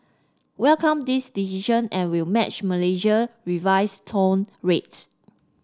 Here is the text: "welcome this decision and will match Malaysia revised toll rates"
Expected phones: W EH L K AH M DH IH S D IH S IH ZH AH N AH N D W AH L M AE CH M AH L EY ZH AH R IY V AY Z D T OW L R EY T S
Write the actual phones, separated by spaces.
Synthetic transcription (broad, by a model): W EH L K AH M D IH S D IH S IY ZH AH N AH N W AH L M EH CH M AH L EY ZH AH R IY V AY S T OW N R EY T S